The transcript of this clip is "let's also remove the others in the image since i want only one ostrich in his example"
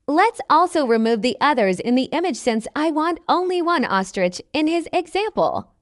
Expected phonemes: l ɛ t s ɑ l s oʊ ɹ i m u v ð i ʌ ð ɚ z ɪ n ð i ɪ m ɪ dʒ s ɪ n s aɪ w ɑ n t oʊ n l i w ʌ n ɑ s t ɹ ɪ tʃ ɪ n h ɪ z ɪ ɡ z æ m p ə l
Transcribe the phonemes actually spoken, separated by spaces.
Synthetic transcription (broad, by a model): l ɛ t s ɑ l s oʊ ɹ i m u v ð i ʌ ð ɚ z ɪ n ð i ɪ m ɪ dʒ s ɪ n s aɪ w ɑ n t oʊ n l i w ʌ n ɑ s t ɹ ɪ tʃ ɪ n ɪ z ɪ ɡ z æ m p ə l